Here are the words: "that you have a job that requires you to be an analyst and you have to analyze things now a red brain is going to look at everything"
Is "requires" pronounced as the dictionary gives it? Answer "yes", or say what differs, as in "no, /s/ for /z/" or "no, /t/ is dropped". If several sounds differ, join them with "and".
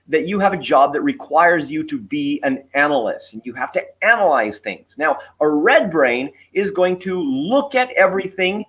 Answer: yes